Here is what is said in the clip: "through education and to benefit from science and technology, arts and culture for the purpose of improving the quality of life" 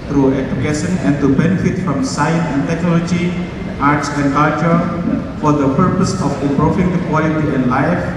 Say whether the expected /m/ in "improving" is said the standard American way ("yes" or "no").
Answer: no